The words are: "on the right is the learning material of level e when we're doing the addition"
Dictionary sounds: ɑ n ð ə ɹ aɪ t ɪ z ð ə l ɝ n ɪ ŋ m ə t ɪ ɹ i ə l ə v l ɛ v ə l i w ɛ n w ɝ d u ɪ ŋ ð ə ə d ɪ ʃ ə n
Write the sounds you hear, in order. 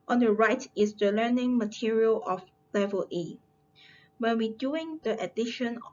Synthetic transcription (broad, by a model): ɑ n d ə ɹ aɪ t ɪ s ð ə l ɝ n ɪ ŋ m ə t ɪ ɹ i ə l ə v l ɛ v ə l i w ɛ n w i d u ɪ ŋ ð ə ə d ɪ ʃ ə n